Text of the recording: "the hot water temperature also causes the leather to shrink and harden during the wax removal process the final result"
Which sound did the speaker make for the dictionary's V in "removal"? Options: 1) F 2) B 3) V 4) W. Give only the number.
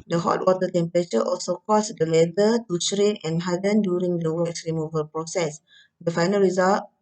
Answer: 3